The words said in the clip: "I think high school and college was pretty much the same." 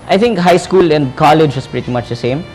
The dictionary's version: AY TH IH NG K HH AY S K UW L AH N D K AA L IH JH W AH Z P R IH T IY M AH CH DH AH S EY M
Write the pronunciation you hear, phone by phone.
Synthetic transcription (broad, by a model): AY T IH NG K HH AY S K UW L AH N D K AA L IH JH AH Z P R IH T IY M AH CH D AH S EY M